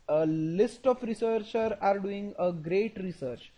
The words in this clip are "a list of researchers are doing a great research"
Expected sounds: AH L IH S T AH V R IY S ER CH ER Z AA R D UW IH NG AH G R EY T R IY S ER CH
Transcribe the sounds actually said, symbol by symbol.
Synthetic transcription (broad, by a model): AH L IH S T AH F R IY S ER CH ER AA R D UW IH NG AH G R EY T R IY S ER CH